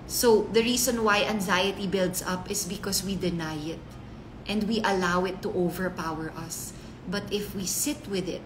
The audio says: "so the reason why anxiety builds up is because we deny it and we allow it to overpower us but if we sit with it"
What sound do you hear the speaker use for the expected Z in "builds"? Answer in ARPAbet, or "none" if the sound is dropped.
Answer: S